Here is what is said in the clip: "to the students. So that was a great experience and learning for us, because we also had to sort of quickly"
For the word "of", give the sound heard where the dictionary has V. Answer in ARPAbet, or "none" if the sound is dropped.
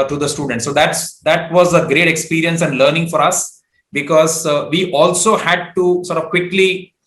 V